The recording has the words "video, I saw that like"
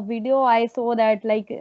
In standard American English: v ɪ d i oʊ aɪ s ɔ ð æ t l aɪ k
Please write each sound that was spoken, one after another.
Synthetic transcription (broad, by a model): v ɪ d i oʊ aɪ s ɔ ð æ t l aɪ k